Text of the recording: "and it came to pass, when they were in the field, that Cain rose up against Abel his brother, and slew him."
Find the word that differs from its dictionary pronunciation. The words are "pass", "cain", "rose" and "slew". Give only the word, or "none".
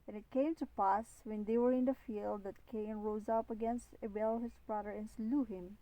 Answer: none